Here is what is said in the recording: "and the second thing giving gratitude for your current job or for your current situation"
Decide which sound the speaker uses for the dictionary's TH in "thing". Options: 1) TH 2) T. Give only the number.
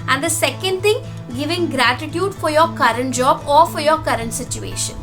2